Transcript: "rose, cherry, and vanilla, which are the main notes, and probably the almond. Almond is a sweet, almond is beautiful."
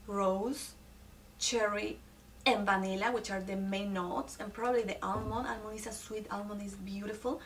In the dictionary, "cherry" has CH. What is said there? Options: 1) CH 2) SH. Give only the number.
1